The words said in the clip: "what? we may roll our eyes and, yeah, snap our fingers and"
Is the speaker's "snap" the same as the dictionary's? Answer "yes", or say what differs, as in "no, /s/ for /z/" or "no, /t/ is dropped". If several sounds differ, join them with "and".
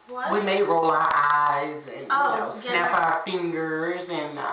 no, /n/ is dropped